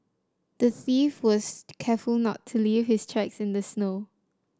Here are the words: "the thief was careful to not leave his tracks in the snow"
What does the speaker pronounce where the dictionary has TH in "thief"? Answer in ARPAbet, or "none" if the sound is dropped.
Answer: TH